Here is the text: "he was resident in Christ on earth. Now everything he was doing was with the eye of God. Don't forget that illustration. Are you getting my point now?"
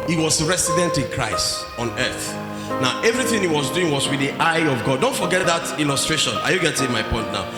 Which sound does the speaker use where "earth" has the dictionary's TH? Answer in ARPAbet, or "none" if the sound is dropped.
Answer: TH